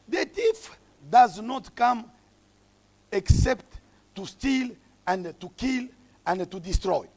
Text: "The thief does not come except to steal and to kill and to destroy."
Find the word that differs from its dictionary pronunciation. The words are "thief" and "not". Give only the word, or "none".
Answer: thief